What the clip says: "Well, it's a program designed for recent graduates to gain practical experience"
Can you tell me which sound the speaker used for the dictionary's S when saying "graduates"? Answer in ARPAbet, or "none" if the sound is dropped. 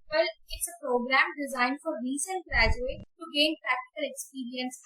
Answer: none